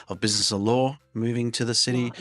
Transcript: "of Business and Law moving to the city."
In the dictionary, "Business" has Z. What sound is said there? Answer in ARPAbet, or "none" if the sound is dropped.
Z